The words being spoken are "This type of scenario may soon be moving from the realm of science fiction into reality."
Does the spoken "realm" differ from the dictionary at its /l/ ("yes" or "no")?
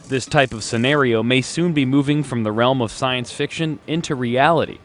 no